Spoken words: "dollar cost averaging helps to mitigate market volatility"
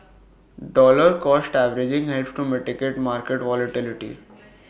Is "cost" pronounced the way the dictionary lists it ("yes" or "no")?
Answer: yes